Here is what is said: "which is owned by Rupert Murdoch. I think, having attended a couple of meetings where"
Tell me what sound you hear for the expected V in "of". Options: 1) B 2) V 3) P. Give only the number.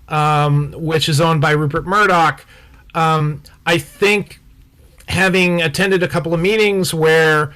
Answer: 2